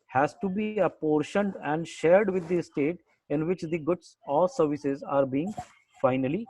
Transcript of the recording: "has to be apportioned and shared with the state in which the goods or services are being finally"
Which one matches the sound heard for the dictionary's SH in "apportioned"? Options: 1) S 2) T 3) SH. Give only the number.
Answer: 3